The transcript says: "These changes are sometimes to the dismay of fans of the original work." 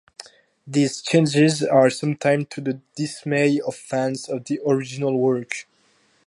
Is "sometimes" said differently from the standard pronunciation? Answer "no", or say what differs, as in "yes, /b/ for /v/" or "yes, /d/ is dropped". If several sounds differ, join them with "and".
yes, /z/ is dropped